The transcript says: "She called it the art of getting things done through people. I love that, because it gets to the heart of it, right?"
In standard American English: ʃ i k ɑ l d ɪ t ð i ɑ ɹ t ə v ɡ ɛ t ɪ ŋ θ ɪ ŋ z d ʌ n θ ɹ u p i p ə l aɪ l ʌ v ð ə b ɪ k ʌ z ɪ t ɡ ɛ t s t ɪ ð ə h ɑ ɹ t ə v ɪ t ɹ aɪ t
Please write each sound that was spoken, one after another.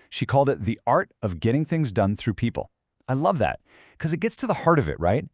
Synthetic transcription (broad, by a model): ʃ i k ɑ l d ɪ t ð i ɑ ɹ t ə v ɡ ɛ t ɪ ŋ θ ɪ ŋ z d ʌ n θ ɹ u p i p l aɪ l ʌ v ð ə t k ʌ z ɪ t ɡ ɛ t s t ɪ ð ə h ɑ ɹ t ə v ɪ t ɹ aɪ t